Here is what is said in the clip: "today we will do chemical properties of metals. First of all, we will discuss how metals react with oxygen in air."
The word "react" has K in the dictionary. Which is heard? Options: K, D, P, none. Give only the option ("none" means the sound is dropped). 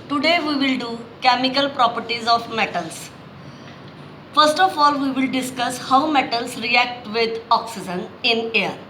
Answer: K